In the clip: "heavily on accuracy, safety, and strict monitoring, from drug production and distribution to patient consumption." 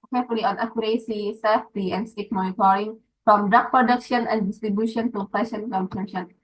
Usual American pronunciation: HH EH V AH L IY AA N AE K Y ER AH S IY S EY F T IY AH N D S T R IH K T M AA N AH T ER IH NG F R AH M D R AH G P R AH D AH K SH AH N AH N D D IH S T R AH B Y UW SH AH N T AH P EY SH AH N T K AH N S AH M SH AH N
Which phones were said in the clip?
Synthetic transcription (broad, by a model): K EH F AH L IY AA N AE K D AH S IY S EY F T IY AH N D S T EH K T M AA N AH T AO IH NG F R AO M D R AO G P R AH D AH K SH AH N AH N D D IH S T R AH B Y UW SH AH N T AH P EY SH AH N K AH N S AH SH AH N